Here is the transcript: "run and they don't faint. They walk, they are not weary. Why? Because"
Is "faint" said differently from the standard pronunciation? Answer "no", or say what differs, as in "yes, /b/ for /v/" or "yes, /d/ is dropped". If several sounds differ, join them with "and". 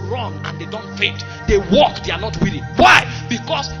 yes, /n/ is dropped